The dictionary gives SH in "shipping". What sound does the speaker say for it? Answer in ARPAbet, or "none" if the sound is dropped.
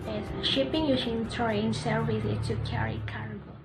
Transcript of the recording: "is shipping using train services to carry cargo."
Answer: SH